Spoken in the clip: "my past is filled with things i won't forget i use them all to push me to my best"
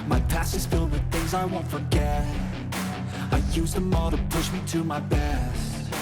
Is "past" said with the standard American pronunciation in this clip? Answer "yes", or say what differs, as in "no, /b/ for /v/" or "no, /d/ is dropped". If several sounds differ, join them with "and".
no, /t/ is dropped